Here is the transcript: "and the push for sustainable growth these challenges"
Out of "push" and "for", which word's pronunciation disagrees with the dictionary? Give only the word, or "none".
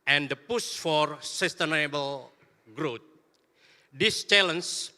push